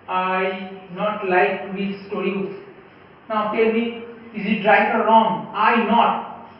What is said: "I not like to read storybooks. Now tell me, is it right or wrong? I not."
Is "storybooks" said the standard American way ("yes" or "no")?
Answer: no